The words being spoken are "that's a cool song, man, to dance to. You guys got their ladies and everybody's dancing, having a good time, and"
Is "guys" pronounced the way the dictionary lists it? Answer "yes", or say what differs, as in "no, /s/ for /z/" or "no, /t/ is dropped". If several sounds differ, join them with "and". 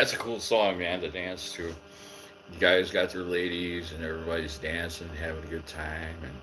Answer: yes